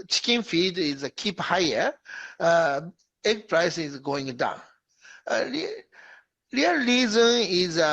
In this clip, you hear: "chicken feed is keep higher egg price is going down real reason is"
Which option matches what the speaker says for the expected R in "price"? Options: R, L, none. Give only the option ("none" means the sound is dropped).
R